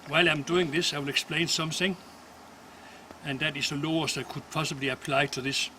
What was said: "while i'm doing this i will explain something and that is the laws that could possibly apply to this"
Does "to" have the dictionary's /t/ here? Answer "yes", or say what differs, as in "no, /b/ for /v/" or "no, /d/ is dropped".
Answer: yes